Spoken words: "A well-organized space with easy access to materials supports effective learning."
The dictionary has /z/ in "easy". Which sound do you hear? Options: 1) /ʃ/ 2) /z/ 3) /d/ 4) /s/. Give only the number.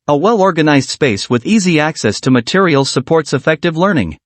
2